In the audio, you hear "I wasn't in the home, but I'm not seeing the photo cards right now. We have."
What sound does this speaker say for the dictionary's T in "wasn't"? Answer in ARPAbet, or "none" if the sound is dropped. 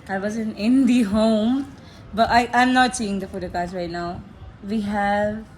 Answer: none